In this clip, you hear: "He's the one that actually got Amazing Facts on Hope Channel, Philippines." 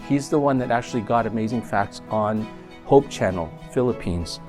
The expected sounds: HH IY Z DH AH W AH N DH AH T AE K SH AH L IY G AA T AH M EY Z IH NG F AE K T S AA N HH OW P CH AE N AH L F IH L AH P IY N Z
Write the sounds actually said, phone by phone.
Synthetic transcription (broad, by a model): HH IY Z DH AH W AH N DH AH T AE K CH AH L IY G AA T AH M EY Z IH NG F AE K T S N HH OW P CH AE N L F IH L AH P IY N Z